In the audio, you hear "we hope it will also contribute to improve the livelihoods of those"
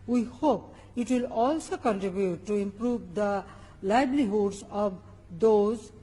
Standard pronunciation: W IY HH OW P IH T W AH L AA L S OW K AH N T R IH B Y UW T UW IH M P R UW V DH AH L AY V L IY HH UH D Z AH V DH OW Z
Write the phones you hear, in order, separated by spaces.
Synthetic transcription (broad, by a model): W IY HH OW P IH T W AH L AA L S OW K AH N T R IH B Y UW T UW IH M P R UW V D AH L AY B L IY HH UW D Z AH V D OW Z